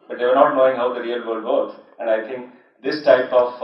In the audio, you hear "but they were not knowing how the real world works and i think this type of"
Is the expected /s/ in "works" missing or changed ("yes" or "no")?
yes